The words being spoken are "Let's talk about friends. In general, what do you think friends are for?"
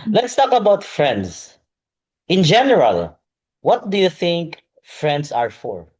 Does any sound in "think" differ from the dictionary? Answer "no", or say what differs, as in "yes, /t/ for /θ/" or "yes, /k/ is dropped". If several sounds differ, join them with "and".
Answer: no